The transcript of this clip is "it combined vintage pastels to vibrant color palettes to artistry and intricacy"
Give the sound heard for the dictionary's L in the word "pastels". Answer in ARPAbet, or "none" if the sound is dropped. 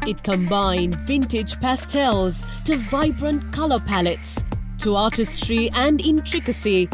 L